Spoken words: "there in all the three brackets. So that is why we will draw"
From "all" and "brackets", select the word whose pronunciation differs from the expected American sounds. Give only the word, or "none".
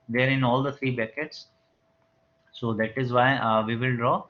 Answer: brackets